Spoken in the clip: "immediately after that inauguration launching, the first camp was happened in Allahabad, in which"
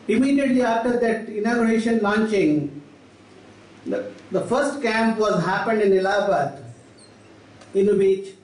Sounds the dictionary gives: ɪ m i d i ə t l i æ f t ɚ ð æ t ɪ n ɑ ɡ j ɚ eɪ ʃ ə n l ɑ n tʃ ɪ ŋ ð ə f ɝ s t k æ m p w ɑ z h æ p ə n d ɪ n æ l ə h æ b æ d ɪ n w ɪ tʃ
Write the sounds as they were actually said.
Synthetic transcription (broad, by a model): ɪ m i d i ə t l i æ f t ɚ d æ t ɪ n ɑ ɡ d eɪ ʃ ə n l ɑ n tʃ ɪ ŋ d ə f ɝ s t k æ m p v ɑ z h æ p ə n d ɪ n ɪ l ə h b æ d ɪ n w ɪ tʃ